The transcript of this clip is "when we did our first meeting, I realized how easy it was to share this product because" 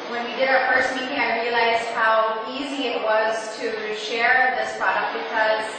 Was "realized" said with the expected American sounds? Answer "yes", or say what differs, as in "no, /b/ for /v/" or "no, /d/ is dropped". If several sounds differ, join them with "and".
yes